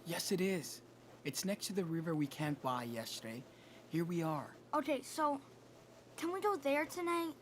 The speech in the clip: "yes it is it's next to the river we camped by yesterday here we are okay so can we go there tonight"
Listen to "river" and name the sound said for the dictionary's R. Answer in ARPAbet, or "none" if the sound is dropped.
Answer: R